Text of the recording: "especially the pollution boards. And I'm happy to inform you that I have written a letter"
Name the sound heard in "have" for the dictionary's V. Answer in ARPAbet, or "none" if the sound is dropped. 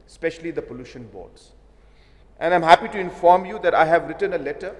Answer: V